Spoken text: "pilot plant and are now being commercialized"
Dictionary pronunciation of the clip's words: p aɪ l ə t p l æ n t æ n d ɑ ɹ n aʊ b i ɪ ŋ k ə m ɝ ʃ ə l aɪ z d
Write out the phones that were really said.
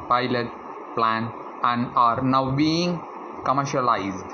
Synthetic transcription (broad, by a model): p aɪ l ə t p l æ n æ n d ɑ ɹ n aʊ b i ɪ ŋ k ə m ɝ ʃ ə l aɪ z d